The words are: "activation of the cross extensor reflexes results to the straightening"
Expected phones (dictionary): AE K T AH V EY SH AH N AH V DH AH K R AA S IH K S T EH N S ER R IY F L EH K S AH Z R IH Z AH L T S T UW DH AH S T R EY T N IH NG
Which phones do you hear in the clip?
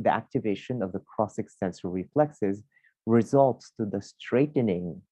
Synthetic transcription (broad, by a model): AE K T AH V EY SH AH N AH V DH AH K R AA S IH K S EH N S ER R IY F L EH K S AH Z R IH Z AH L T S T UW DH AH S T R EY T N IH NG